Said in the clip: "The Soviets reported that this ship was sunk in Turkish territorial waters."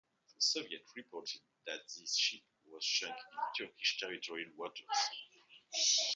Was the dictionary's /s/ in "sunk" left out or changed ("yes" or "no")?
yes